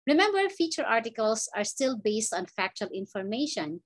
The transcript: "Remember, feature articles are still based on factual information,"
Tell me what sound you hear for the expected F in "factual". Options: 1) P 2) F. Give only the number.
2